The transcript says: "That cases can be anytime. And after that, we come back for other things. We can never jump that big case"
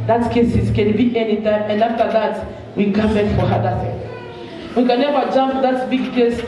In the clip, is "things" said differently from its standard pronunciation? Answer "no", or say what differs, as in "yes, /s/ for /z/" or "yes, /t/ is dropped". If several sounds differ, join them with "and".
yes, /z/ is dropped